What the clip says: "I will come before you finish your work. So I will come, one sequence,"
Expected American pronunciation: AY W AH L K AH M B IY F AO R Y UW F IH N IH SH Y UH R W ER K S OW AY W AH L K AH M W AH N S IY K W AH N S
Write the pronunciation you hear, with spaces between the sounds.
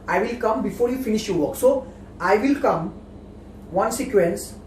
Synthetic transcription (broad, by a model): AY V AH L K AH M B IY F AO R Y UW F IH N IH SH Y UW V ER K S OW AY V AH L K AH M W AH N S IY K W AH N S